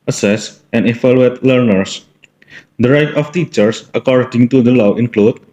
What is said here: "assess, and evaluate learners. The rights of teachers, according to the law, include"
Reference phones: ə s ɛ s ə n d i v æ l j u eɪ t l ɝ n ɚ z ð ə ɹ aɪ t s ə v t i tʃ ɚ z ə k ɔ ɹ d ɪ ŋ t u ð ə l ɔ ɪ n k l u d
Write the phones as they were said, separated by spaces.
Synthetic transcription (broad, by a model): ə s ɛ s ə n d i f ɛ l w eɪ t l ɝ n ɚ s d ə ɹ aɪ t ə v t i tʃ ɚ s ə k ɔ ɹ d ɪ ŋ t u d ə l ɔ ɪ n k l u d